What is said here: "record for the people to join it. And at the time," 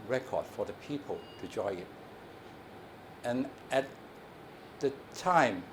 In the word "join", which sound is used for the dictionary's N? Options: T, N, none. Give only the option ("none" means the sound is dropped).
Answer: none